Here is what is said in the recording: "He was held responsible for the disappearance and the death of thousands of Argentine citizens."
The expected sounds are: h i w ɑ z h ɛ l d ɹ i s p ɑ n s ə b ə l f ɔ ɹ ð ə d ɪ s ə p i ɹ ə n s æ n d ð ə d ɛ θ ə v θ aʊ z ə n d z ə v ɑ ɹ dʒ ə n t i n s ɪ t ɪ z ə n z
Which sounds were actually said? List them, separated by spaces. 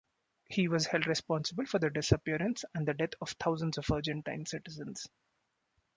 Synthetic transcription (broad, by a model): h i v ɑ z h ɛ l d ɹ i s p ɑ n s ə b ə l f ɔ ɹ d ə d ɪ s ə p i ɹ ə n s æ n d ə d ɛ t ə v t aʊ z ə n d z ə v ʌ ɹ dʒ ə n t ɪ n s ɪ t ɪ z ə n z